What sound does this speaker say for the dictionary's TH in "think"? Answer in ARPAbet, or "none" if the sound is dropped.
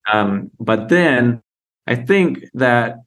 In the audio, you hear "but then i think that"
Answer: TH